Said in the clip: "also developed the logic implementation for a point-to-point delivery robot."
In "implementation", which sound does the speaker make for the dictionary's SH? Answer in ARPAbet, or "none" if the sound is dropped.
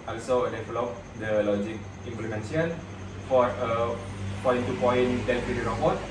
none